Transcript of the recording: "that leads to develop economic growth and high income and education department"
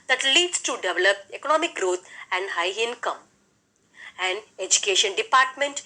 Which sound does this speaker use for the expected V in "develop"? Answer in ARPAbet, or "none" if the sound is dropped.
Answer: V